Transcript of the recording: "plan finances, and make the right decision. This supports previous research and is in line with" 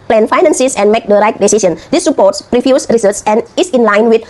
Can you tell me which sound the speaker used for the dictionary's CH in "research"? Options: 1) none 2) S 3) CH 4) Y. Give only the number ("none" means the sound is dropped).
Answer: 2